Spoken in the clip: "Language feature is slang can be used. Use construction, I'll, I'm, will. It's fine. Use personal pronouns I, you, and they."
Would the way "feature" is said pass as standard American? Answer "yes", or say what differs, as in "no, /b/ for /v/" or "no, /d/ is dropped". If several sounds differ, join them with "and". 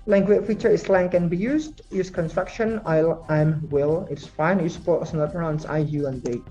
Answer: yes